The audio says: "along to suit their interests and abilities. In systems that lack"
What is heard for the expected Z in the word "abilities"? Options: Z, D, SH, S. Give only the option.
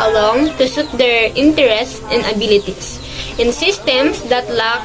S